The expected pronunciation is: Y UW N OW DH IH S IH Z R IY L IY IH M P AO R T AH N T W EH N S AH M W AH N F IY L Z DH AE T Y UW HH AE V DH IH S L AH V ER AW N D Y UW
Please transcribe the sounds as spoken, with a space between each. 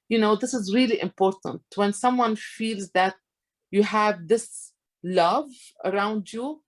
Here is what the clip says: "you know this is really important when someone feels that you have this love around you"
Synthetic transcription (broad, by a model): Y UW N OW DH IH S IH Z R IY L IY IH M P AO R T AH N T W EH N S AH M W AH N F IY L Z DH AE T Y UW HH AE V DH IH S L AH V ER AW N D Y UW